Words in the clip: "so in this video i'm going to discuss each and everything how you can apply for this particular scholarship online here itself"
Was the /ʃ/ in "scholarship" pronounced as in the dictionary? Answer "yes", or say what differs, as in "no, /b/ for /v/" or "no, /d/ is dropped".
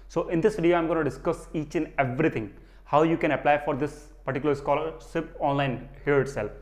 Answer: no, /s/ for /ʃ/